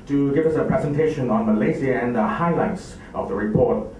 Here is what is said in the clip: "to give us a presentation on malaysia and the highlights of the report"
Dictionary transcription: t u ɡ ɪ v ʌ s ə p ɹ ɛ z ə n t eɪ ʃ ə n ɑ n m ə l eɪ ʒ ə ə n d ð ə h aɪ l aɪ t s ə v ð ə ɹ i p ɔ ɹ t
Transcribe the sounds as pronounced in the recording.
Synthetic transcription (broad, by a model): t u ɡ ɪ v ʌ s ə p ɹ ɛ z ə n t eɪ ʃ ə n ɑ n m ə l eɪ z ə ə n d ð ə h aɪ l aɪ t s ə v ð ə ɹ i p ɔ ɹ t